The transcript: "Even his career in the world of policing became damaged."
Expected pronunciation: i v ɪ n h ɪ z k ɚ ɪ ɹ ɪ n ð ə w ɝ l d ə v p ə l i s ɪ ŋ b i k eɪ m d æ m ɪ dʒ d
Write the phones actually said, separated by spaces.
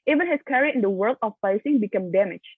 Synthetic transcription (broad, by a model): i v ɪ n h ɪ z k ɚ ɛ ɹ ɪ n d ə w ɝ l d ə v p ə ɪ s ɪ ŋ b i k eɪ m d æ m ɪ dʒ